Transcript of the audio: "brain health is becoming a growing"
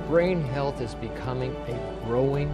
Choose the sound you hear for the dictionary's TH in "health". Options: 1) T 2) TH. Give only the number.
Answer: 2